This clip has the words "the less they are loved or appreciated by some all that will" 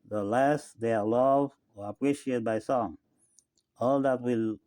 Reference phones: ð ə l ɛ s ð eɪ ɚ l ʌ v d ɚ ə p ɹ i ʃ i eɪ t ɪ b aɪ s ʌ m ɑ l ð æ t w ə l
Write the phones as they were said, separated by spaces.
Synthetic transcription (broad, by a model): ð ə l ɛ s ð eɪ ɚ l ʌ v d ɚ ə p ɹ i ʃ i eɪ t b aɪ s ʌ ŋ ɑ l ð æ t w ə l